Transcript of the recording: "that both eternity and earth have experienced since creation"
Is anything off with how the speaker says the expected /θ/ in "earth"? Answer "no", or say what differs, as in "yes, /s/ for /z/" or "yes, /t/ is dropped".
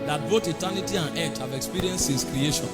yes, /t/ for /θ/